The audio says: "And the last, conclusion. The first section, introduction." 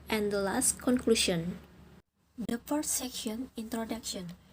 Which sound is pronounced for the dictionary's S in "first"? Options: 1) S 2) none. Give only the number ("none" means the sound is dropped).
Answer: 2